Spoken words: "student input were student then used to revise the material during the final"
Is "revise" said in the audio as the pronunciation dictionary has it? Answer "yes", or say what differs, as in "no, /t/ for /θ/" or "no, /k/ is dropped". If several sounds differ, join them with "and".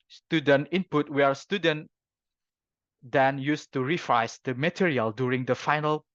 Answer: no, /f/ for /v/